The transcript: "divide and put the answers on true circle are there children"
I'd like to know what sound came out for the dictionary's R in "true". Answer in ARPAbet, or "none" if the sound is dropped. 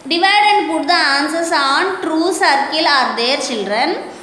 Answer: R